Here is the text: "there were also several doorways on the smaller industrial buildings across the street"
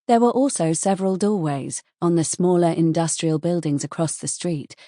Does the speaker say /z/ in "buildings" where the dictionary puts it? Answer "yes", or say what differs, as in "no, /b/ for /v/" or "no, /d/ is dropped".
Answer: yes